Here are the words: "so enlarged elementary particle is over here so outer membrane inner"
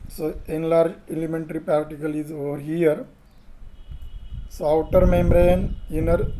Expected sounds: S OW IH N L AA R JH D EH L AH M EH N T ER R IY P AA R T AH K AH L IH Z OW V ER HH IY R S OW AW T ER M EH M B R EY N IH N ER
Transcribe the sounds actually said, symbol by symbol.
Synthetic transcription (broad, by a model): S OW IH N L AA R JH EH L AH M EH N T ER R IY P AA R T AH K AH L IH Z OW V ER HH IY R S OW AW T ER M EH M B R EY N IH N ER